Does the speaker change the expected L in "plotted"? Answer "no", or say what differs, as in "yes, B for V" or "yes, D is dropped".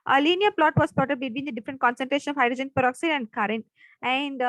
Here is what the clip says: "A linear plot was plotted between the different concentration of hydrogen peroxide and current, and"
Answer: yes, L is dropped